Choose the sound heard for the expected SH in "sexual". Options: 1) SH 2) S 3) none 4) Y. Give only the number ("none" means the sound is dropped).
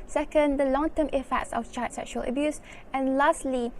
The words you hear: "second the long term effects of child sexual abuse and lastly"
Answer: 1